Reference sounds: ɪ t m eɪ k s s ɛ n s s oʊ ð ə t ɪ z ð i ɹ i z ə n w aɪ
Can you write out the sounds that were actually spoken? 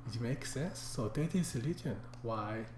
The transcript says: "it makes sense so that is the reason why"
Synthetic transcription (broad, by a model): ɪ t m eɪ k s s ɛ n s s oʊ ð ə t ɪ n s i l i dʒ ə n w aɪ